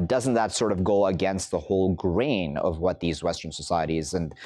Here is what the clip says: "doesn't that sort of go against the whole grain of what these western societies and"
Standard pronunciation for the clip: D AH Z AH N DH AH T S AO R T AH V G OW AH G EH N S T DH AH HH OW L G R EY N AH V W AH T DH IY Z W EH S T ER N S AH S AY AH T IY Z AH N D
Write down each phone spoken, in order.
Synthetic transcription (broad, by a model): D AH Z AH N DH AH T S AO R T AH V G OW AH G EH N S T DH AH HH OW L G R EY N AH V W AH T DH IY Z W EH S T ER N S AH S AY AH T IY Z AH N